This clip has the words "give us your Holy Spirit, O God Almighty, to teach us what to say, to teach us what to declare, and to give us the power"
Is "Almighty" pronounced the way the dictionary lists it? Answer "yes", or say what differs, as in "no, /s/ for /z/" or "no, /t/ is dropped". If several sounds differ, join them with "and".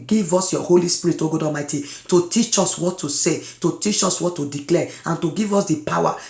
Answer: no, /l/ is dropped